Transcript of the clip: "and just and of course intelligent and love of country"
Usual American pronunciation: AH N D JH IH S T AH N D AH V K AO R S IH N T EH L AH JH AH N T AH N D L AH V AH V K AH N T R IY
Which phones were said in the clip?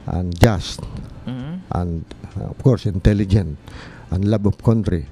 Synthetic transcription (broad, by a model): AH N JH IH S T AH N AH F K AO R S IH N T EH L AH JH AH N T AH N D L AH B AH P K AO N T R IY